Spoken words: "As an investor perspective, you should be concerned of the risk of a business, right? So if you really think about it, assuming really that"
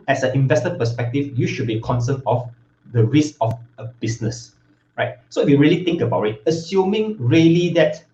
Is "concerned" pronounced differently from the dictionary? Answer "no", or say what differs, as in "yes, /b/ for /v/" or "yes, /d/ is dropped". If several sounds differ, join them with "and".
yes, /d/ is dropped